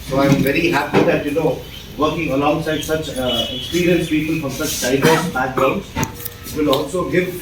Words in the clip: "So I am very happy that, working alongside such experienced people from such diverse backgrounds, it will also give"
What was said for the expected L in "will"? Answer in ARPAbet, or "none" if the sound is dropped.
L